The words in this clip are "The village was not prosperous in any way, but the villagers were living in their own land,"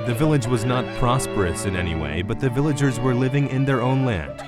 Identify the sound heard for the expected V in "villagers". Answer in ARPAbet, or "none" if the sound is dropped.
V